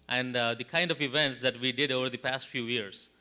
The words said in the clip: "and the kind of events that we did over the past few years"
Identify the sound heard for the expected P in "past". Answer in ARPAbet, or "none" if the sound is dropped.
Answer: P